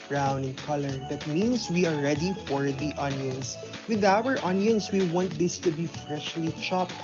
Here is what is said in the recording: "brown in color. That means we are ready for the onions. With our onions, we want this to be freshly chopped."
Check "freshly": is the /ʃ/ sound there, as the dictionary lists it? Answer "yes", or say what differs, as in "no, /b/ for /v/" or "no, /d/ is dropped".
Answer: yes